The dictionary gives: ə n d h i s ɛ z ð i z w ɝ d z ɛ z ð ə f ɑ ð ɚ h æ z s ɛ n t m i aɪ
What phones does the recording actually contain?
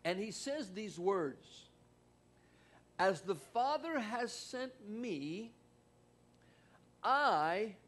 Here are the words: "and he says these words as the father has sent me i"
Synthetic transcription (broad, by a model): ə n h i s ɛ z ð i z w ɝ d z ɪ z ð ə f ɑ ð ɚ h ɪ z s ɛ n t m i aɪ